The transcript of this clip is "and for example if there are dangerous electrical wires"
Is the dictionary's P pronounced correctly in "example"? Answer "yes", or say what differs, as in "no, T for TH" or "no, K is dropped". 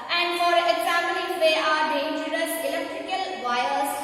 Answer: no, P is dropped